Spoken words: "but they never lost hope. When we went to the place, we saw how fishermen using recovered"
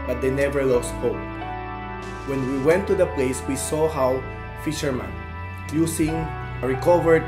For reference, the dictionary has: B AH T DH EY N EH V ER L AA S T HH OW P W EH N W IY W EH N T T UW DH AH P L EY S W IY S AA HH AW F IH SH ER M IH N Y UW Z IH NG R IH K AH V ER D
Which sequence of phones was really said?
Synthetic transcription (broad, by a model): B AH T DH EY N EH V ER L AA S T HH OW W EH N W IY W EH N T T UW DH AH P L EY S W IY S AA HH AW F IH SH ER M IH N Y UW S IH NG R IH K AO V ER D